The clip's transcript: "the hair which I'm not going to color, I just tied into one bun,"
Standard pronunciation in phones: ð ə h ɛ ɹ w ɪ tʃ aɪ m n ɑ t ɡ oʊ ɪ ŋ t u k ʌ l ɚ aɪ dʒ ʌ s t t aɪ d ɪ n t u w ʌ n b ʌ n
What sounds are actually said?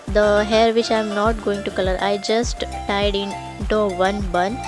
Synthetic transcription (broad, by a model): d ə h ɛ ɹ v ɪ tʃ aɪ m n ɑ t ɡ oʊ ɪ ŋ t u k ʌ l ɚ aɪ dʒ ʌ s t t aɪ d ɪ n t u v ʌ n b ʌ n